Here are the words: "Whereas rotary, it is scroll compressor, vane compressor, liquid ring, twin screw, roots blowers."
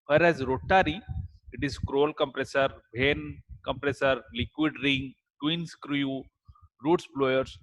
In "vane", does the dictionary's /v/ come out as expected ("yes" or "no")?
no